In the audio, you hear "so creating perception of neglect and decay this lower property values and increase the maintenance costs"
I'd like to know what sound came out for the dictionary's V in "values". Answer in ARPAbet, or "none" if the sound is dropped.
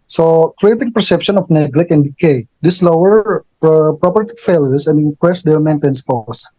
F